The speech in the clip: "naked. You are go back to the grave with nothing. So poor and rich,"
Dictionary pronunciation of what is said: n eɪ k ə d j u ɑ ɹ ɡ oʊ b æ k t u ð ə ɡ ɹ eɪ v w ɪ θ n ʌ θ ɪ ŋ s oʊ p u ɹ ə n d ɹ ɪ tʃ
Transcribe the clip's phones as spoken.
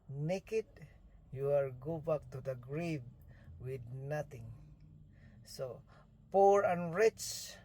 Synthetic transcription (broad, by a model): n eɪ k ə d j u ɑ l ɡ oʊ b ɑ k t u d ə ɡ ɹ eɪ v w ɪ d n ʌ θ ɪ ŋ s oʊ p u ɹ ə n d ɹ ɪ tʃ